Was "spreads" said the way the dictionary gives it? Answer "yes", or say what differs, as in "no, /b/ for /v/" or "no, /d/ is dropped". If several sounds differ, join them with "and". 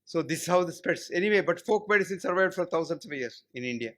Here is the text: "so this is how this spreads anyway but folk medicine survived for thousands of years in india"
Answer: no, /ɹ/ is dropped